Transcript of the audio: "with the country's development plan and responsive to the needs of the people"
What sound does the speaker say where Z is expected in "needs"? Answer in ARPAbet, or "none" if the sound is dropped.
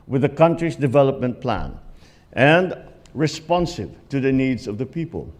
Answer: Z